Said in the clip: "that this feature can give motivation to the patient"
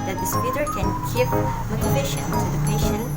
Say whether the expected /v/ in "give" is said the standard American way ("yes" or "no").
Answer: no